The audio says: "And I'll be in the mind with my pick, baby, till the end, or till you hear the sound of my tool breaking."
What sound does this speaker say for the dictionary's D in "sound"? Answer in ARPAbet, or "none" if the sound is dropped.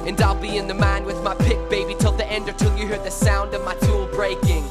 D